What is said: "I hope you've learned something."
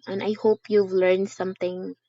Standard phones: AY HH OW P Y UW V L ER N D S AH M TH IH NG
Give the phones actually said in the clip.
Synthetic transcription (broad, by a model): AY HH OW P Y UW V L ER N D S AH M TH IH NG